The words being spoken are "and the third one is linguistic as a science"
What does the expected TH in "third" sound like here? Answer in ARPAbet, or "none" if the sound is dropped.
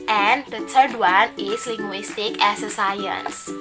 T